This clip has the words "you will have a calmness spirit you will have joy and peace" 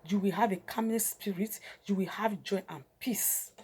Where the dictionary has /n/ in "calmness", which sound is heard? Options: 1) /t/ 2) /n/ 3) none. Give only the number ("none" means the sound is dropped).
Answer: 3